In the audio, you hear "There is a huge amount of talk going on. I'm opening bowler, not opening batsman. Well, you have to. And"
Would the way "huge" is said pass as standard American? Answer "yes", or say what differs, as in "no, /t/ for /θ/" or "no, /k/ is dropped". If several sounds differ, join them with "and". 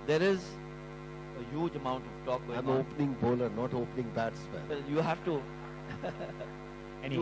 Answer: yes